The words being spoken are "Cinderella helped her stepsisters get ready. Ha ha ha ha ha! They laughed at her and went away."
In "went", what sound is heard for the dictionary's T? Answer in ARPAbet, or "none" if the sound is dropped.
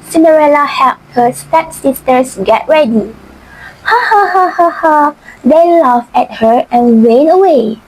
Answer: none